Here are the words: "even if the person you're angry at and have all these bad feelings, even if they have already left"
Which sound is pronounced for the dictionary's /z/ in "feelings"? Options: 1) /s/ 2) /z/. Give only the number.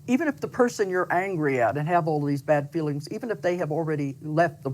2